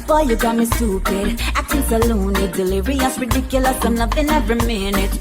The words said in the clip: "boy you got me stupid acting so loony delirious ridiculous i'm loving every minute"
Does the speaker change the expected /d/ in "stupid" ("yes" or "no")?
yes